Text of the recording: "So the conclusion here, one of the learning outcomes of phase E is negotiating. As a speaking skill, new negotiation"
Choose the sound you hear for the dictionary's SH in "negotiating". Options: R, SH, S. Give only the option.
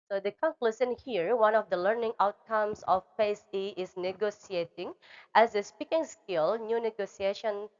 S